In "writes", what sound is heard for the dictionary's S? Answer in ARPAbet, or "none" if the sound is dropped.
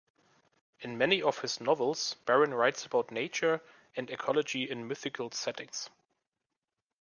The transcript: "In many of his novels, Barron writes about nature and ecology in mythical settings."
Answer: S